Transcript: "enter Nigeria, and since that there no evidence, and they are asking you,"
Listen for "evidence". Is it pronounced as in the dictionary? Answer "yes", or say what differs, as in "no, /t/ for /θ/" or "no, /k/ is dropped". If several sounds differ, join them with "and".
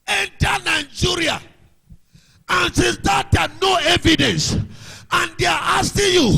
yes